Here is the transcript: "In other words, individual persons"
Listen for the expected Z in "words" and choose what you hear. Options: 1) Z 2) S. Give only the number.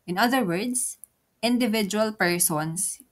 2